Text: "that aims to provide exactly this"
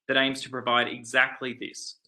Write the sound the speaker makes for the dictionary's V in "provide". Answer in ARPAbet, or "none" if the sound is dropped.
V